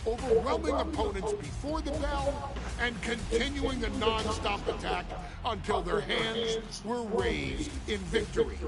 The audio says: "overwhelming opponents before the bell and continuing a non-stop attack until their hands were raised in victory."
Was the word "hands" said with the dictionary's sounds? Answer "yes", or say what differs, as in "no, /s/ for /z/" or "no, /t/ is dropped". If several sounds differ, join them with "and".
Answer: yes